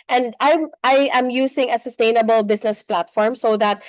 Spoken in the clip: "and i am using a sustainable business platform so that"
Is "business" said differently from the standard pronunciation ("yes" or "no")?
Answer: yes